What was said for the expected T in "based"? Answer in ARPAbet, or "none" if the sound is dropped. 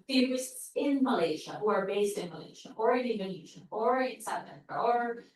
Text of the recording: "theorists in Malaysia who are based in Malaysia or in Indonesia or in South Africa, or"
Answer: T